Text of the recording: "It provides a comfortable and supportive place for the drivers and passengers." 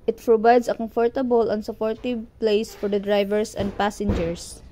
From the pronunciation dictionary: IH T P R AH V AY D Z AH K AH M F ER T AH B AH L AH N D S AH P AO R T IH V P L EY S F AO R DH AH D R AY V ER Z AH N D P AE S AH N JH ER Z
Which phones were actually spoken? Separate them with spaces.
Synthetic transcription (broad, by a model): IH T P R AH B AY D S AH K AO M F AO T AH B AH L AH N S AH P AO R T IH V P L EY S F AO R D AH D R AY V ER S AH N D P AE S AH N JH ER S